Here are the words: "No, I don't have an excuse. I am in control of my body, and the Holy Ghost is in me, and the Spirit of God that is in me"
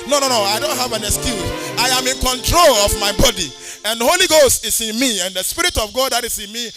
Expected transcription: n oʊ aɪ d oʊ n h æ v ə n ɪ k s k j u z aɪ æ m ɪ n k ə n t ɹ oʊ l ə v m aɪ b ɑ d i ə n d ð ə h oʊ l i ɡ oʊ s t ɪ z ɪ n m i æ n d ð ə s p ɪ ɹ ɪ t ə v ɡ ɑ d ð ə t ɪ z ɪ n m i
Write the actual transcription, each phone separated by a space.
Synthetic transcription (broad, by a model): n oʊ aɪ d oʊ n h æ v ə n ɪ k s k j u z aɪ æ m ɪ n k ə n t ɹ oʊ l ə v m aɪ b ɑ d i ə n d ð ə h oʊ l i ɡ oʊ s t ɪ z ɪ n m i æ n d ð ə s p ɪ ɹ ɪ t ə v ɡ ɑ d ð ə t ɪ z ɪ n m i